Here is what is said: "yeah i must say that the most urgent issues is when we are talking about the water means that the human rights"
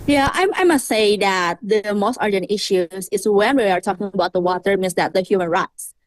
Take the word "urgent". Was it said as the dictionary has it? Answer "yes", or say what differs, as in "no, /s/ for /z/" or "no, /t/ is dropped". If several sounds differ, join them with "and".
yes